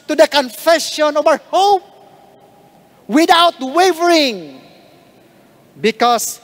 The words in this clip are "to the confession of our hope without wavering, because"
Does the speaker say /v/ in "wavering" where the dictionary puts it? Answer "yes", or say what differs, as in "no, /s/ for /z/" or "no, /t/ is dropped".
yes